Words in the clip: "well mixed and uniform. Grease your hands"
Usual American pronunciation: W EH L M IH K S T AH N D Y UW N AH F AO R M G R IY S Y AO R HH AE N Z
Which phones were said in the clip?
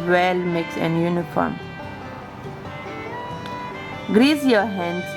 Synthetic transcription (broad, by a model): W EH L M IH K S AH N Y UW N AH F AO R M G R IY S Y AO HH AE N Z